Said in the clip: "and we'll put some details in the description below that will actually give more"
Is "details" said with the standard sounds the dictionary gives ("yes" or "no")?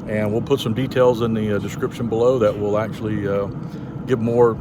yes